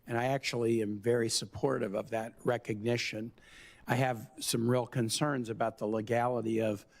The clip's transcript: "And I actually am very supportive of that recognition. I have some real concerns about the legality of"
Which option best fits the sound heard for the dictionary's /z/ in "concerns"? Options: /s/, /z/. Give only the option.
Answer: /z/